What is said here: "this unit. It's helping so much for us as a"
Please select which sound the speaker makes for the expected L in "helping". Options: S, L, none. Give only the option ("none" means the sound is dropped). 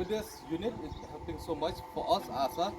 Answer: none